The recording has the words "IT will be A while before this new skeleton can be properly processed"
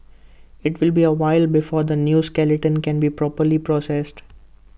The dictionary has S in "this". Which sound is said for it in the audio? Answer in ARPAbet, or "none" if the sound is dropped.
none